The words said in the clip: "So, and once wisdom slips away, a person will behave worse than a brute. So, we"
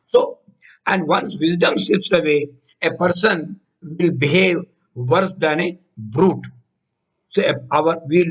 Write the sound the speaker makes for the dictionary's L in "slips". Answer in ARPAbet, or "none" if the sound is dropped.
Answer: none